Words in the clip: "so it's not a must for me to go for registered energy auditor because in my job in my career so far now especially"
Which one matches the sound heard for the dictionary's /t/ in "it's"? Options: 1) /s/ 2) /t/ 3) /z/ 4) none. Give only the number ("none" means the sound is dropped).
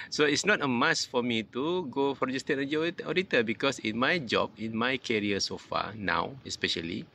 2